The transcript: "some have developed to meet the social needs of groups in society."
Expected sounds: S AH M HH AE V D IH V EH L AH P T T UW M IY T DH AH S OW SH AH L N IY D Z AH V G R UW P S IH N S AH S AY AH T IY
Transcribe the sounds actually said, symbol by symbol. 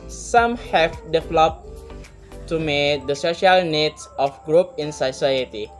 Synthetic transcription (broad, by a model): S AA M HH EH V D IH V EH L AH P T T UW M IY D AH S OW SH AH L N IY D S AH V G R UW P IH N S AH S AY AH T IY